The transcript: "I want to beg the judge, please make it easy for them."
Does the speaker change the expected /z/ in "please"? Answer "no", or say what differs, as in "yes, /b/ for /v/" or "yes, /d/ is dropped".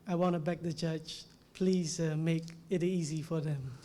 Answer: no